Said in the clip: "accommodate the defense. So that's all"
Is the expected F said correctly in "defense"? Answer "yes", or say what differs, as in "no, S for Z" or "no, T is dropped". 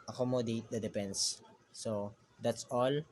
no, P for F